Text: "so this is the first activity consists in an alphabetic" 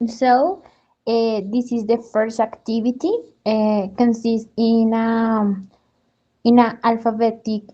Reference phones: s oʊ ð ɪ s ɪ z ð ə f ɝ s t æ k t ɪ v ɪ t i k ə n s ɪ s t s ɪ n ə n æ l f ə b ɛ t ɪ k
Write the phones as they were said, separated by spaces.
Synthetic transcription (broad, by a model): s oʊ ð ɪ s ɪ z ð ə f ɝ s t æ k t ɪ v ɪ t i k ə n s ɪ s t ɪ n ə n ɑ l f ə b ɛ t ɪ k